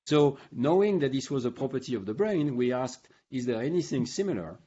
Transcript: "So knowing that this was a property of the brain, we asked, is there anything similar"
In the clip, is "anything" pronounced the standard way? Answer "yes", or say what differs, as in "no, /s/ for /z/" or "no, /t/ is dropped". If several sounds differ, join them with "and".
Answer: yes